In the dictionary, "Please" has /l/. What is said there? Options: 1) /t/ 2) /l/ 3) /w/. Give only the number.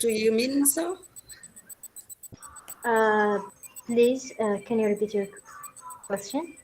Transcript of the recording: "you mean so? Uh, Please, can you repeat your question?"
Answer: 2